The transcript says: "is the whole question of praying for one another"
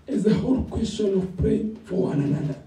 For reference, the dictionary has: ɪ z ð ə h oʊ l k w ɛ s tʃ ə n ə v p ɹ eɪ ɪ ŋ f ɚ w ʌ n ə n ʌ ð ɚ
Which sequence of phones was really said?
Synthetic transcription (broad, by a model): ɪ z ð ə h oʊ l k w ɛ s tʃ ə n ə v p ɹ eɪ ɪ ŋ f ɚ w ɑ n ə n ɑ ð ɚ